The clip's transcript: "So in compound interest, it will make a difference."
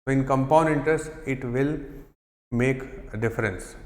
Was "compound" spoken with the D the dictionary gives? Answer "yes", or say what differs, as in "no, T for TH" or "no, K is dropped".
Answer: no, D is dropped